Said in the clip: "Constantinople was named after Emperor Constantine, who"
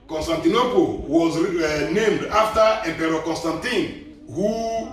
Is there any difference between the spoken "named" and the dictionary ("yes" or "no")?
no